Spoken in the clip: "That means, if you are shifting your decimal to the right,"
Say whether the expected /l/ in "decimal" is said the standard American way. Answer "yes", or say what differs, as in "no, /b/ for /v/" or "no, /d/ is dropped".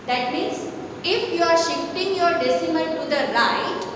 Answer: no, /n/ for /l/